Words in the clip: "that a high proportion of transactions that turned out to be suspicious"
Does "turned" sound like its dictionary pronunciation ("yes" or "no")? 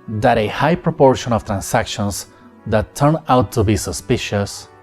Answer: no